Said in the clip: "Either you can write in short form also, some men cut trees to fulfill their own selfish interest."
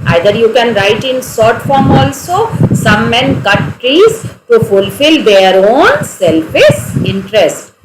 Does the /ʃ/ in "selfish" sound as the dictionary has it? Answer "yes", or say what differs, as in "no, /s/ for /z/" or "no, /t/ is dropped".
no, /s/ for /ʃ/